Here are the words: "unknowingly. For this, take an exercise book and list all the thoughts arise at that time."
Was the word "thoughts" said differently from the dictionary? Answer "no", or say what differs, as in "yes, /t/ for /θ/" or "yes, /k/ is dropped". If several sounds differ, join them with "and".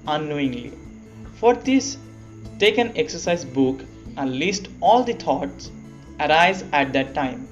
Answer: yes, /t/ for /θ/